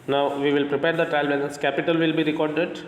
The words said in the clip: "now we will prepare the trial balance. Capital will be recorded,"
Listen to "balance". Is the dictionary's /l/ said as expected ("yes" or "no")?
no